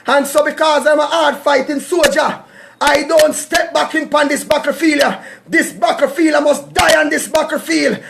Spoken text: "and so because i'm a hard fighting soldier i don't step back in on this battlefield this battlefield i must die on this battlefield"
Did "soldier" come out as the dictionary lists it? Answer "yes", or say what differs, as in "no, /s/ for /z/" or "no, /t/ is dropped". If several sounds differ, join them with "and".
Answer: no, /l/ is dropped